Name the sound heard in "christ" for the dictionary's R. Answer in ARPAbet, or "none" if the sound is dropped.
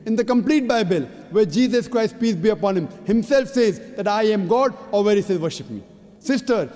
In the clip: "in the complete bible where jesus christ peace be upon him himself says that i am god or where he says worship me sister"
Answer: R